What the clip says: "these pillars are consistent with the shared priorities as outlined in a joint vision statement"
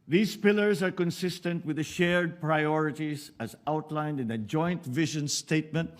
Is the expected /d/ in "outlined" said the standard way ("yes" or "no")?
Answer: yes